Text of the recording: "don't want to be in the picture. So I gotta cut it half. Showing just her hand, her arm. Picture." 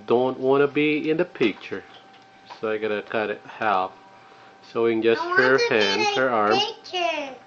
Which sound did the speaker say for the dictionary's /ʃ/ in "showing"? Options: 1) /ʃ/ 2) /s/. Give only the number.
2